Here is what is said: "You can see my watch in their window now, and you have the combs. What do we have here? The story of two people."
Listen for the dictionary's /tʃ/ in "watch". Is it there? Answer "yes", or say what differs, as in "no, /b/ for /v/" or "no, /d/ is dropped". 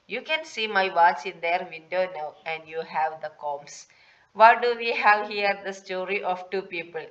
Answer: no, /s/ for /tʃ/